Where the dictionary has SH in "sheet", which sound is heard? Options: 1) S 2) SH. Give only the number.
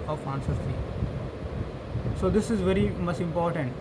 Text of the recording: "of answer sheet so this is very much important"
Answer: 1